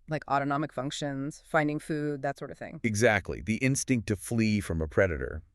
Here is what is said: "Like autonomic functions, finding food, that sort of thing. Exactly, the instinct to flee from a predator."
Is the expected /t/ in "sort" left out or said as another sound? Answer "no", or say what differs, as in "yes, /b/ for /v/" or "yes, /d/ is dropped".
no